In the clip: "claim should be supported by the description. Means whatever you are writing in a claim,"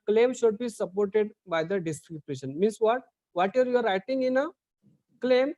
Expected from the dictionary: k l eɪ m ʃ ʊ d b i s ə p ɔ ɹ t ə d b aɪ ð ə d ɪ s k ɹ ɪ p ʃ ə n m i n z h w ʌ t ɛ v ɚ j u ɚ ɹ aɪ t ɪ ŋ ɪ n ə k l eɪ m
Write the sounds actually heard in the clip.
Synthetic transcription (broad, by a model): k l eɪ m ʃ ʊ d b i s ə p ɔ ɹ t ə d b aɪ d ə d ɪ s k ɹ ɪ b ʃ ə n m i n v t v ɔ t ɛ v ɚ j u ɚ ɹ aɪ t ɪ ŋ ɪ n ə k l eɪ m